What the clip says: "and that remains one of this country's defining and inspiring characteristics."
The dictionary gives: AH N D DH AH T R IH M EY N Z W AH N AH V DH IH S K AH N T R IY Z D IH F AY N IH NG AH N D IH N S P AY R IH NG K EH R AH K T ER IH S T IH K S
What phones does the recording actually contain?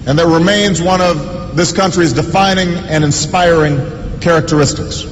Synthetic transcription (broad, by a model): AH N DH AH T R IH M EY N Z W AH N AH V DH IH S K AH N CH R IY Z D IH F AY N IH NG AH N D IH N S P AY R IH NG K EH R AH K T ER IH S T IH K S